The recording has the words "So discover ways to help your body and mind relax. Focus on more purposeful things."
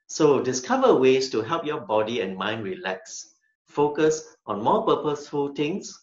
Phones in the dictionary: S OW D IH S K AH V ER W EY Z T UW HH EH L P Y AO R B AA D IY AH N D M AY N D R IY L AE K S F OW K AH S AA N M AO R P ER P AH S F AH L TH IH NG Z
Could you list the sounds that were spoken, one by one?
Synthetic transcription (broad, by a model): S OW D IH S K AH V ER W EY S T UW HH EH L P Y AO B AA D IY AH N M AY N D R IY L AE K S F OW K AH S AA N M AO P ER P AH S F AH L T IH NG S